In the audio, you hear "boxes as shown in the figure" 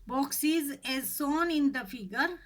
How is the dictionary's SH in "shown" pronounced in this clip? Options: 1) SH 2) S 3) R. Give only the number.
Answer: 2